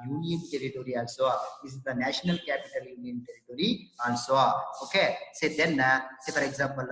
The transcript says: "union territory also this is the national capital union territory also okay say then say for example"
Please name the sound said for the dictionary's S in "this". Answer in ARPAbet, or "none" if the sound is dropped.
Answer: none